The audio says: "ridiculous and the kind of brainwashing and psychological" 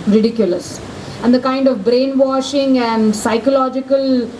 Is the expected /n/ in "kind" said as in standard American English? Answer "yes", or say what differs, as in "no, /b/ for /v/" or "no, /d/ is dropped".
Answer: yes